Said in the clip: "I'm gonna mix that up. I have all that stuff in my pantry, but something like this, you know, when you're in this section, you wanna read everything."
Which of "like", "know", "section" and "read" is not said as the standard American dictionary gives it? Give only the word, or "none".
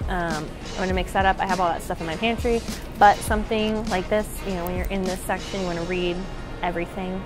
none